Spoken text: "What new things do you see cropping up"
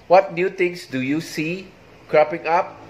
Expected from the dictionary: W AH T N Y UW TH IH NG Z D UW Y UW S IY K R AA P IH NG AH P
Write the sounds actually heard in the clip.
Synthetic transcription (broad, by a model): W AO T N Y UW T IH NG S D UW Y UW S IY K R AA P IH NG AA P